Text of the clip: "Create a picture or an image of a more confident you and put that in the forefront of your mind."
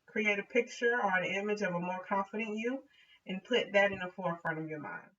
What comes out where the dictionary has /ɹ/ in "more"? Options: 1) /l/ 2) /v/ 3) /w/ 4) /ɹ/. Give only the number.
4